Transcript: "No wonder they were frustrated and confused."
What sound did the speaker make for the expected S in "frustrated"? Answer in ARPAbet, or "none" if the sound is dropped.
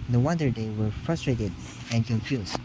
S